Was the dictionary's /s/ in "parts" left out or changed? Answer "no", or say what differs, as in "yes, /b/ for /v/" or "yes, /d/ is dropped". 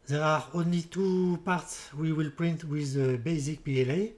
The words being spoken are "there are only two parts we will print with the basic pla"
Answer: no